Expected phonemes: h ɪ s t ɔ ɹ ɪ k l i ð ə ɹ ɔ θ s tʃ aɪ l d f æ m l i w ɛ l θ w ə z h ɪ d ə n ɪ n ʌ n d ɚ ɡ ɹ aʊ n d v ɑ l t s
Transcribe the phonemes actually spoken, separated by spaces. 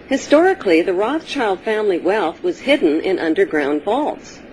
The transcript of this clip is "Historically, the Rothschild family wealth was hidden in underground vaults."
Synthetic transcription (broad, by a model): h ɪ s t ɔ ɹ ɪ k l i ð ə ɹ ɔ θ tʃ aɪ l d f æ m l i w ɛ l θ w ə z h ɪ d n ɪ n ʌ n d ɚ ɡ ɹ aʊ n d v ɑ l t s